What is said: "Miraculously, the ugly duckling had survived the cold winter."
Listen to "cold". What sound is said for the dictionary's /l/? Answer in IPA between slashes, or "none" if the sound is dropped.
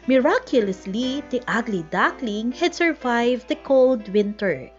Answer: /l/